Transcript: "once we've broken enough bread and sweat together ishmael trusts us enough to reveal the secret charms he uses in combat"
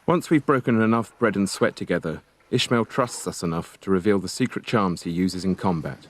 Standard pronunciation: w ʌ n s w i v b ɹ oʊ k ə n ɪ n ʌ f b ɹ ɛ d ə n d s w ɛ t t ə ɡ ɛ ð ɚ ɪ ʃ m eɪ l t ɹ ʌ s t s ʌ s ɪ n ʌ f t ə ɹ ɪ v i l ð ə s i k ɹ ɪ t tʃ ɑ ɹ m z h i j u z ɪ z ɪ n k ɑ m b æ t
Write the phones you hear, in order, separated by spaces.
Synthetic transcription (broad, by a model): w ʌ n s w i v b ɹ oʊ k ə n ɪ n ʌ f b ɹ ɛ d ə n s w ɛ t t ə ɡ ɛ ð ɚ ɪ ʃ m eɪ l t ɹ ʌ s t s ʌ s ɪ n ʌ f t ə ɹ ɪ v i l ð ə s i k ɹ ɪ t tʃ ɑ ɹ m z h i j u z ɪ z ɪ n k ɑ m b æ t